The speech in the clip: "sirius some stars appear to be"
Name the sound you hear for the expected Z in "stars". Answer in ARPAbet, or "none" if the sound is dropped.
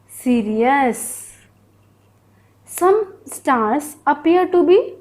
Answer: S